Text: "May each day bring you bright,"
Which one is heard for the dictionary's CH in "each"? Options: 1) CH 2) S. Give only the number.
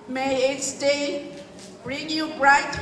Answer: 2